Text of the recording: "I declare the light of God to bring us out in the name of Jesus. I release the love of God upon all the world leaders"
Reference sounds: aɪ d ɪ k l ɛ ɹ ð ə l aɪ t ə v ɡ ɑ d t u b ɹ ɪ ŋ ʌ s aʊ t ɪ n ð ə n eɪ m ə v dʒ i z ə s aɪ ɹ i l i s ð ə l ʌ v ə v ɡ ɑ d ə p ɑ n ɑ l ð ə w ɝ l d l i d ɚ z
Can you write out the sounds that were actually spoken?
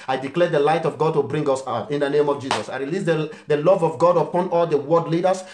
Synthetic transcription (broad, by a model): aɪ d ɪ k l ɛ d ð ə l aɪ t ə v ɡ ɑ d t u b ɹ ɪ ŋ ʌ s aʊ t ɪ n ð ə n eɪ m ə v dʒ i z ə s aɪ ɹ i l i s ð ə l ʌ v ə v ɡ ɑ d ə p ɑ n ɑ l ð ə w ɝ d l i d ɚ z